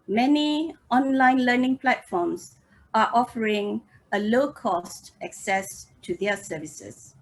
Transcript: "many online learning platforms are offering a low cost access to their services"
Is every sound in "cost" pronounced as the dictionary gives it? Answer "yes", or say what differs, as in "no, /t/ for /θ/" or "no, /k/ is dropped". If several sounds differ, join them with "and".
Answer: yes